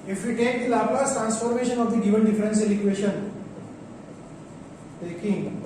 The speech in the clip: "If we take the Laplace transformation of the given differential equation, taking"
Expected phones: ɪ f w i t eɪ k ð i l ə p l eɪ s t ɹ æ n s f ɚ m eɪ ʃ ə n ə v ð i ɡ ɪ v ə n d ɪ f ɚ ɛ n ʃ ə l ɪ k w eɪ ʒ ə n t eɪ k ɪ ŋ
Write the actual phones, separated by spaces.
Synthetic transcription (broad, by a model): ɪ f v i t eɪ k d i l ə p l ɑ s t ɹ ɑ n s f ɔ m eɪ ʃ ə n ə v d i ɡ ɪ v ə n d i f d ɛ n s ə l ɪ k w eɪ ʃ ə n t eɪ k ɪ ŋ